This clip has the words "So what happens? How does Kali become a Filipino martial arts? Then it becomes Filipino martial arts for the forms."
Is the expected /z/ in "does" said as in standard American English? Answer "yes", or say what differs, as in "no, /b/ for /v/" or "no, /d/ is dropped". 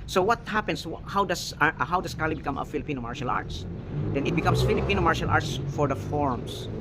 no, /s/ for /z/